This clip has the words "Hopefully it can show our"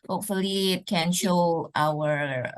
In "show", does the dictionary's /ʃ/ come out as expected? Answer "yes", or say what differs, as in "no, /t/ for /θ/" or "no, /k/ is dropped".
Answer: yes